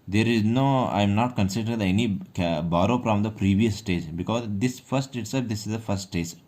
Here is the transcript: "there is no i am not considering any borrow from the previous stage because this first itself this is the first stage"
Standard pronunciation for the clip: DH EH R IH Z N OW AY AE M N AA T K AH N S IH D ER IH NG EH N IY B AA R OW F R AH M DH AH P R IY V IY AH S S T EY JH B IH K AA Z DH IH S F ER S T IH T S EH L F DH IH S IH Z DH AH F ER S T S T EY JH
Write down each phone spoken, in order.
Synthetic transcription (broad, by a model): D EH R IH Z N OW AY M N AA T K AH N S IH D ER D EH N IY B AA R OW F R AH M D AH P R IY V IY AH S S T EY JH B IH K AA Z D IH S F ER S T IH T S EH F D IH S IH Z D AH F ER S T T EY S